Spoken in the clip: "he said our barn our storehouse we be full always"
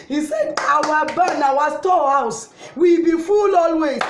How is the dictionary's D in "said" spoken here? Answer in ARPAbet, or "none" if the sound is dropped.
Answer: D